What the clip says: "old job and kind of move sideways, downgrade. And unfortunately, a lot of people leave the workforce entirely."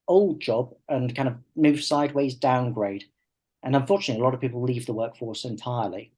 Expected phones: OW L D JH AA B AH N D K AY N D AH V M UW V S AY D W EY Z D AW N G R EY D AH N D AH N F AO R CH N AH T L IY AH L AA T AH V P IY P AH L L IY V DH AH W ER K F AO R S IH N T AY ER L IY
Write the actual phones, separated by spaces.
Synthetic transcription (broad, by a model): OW L D JH AA B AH N K AY N D AH V M UW V S AY D W EY Z D AW N G R EY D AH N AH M F AO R CH N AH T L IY AH L AA T AH V P IY P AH L L IY V DH AH W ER K F AO R S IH N T AY ER L IY